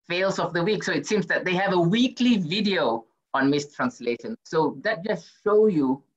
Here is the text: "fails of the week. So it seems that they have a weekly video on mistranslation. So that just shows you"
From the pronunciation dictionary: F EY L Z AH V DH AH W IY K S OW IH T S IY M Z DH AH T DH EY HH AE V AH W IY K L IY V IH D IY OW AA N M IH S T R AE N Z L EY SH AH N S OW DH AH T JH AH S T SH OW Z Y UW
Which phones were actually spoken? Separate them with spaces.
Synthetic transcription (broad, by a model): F EY L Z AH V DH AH W IY K S OW IH T S IY M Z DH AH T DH EY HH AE V AH W IY K L IY V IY D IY OW AA N M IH S T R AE N S L EY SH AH N S OW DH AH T JH AH S T SH OW Y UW